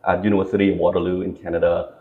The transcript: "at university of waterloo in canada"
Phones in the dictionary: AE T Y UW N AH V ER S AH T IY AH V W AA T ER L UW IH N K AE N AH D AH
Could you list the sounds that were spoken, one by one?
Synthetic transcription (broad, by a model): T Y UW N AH ER S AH T IY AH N W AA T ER L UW IH N K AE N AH D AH